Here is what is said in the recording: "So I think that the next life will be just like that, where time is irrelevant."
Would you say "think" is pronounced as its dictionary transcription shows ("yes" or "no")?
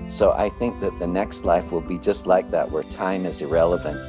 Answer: yes